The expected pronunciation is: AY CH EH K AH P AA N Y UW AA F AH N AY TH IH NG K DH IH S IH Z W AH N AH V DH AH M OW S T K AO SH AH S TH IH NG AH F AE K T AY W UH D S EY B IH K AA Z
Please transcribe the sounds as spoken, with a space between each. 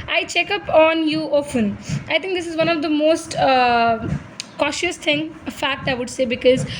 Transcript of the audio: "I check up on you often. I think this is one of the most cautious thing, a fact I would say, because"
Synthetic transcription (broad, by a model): AY CH EH K AH P AA N Y UW AA F AH N AY T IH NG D IH S IH Z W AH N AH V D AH M OW S T K AO SH AH S T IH NG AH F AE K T AY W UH D S EY B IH K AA Z